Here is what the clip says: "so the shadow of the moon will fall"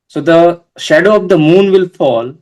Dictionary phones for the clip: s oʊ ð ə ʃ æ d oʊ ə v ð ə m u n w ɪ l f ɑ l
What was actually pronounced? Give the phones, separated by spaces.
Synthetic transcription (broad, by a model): s oʊ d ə ʃ æ d oʊ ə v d ə m u n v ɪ l f ɑ l